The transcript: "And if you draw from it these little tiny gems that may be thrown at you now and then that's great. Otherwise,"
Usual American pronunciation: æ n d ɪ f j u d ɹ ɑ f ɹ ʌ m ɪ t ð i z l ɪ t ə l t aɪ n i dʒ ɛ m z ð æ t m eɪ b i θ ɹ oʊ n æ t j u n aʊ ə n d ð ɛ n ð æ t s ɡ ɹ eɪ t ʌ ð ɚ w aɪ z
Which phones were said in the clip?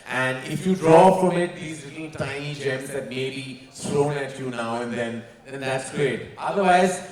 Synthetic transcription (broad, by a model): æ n d ɪ f j u d ɹ ɑ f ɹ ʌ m ɪ t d i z l ɪ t l t aɪ n i dʒ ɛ m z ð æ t m eɪ b i s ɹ oʊ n æ t j u n aʊ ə n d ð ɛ n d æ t s ɡ ɹ eɪ t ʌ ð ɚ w aɪ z